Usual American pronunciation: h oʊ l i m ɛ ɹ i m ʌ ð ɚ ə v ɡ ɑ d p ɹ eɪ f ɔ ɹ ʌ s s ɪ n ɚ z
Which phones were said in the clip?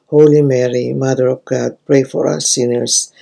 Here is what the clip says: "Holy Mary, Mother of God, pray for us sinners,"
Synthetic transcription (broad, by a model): h oʊ l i m ɛ ɹ i m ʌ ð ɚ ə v ɡ ɑ d p ɹ eɪ f ɔ ɹ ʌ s s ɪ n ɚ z